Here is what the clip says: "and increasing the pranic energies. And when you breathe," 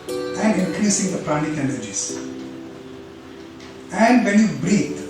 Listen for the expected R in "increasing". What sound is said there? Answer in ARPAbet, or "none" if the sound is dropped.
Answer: R